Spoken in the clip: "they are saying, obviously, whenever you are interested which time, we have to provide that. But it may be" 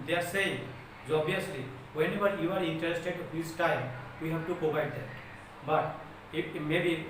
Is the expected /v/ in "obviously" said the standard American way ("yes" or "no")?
no